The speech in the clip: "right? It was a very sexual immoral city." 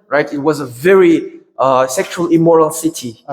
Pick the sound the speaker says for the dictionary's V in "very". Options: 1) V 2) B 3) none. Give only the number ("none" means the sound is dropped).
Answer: 1